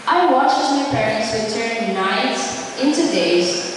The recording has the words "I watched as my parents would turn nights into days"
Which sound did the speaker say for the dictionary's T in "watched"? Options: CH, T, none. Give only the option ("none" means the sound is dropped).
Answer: none